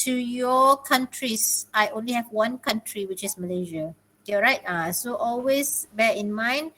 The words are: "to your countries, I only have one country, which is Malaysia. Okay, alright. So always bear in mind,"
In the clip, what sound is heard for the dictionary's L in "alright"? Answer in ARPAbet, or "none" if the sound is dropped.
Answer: none